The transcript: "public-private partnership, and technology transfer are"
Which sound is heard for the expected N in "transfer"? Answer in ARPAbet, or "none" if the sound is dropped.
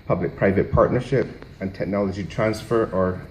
N